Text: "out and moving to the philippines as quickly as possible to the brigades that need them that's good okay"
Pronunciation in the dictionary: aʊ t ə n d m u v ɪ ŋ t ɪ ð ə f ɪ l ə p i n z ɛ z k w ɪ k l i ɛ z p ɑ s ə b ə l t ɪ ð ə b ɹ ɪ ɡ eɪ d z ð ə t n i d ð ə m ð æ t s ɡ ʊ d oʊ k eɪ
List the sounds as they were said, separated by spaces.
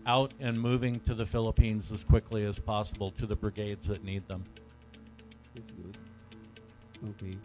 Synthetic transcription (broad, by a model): aʊ t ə n m u v ɪ ŋ t ɪ ð ə f ɪ l ə p i n z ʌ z k w ɪ k l i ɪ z p ɑ s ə b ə l t ɪ ð ə b ɹ ɪ ɡ eɪ d z ð ə t n i d ð ə m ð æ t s ɡ ʊ d oʊ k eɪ